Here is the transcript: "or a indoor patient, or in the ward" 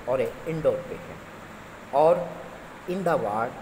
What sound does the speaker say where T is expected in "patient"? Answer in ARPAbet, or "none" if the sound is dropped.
none